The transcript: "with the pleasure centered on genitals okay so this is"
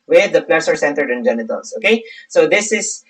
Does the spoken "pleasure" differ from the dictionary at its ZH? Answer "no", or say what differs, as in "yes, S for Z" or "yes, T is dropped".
yes, S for ZH